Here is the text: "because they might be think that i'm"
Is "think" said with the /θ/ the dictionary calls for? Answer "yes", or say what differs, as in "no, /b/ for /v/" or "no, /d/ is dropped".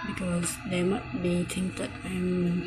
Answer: no, /t/ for /θ/